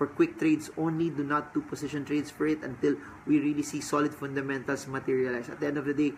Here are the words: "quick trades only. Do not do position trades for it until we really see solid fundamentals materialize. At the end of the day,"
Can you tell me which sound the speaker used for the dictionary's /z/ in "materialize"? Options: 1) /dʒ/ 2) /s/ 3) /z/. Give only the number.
2